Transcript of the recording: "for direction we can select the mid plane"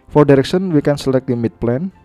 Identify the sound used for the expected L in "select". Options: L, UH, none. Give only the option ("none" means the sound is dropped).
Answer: L